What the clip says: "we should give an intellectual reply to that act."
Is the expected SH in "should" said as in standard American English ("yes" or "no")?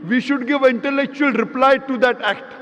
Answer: yes